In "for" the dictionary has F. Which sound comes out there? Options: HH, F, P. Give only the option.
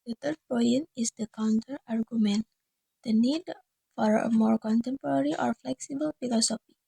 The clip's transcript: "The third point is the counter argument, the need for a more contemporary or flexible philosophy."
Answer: F